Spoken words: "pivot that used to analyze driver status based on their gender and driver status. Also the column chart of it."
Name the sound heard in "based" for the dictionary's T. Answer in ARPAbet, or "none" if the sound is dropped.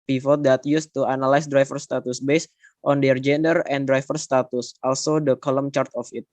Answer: T